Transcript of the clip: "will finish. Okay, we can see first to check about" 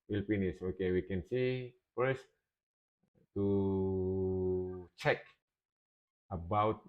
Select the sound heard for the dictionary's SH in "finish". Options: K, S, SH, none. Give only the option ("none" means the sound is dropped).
S